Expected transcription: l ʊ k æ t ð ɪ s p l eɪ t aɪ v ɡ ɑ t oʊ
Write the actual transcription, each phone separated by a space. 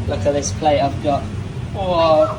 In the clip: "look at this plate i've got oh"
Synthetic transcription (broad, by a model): l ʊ k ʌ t ð ɪ s p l eɪ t aɪ v ɡ ɑ t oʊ